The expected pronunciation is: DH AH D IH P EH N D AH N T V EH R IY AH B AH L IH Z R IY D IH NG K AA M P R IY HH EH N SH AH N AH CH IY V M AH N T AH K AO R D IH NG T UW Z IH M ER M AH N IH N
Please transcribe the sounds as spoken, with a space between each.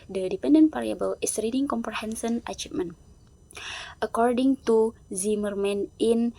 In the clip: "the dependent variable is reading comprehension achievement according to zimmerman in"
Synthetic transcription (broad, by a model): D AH D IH P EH N D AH N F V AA R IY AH B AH L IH S R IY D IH NG K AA M P R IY HH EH N S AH N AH CH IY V M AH N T AH K AO R D IH NG T UW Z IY M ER M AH N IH N